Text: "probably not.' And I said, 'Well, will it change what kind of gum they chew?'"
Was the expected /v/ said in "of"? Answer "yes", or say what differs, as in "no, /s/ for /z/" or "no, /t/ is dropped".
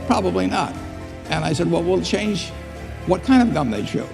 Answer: yes